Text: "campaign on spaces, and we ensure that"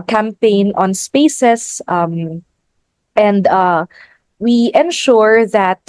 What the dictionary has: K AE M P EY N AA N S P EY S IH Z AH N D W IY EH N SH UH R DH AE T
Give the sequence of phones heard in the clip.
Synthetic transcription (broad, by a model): K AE M P EY N AA N S P EY S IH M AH N D W IY EH N SH UH R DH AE T